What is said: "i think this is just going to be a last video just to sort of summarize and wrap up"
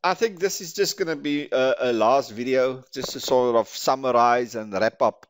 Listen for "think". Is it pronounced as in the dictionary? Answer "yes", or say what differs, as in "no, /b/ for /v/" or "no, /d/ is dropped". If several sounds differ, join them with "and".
yes